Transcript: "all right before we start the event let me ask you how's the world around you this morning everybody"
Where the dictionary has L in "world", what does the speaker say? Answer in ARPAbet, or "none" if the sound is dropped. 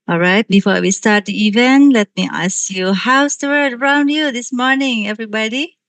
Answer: none